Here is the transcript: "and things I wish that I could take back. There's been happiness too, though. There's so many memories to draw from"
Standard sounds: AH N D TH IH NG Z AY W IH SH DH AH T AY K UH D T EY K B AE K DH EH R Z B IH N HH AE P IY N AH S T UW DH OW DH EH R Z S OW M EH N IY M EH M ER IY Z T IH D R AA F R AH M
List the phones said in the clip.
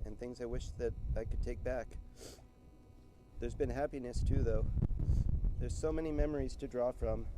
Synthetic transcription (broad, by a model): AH N TH IH NG Z AY W IH SH DH AH T AY K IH D T EY K B AE K DH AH R Z B IH N HH AE P IY N AH S T UW DH OW DH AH R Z S OW M EH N IY M EH M ER IY Z T IH D R AA F R AH M